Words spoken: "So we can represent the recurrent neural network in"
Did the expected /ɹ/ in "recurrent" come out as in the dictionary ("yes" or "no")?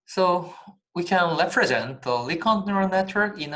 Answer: no